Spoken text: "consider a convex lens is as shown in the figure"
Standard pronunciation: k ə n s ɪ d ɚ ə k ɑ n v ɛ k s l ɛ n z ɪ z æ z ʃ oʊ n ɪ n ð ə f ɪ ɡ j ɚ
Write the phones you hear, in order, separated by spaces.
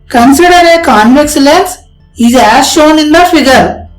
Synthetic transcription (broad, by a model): k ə n s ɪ d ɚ ə k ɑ n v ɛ k s l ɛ n s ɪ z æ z ʃ oʊ n ɪ n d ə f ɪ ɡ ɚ